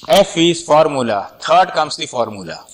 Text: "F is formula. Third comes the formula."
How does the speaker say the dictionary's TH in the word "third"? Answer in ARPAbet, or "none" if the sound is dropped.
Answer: T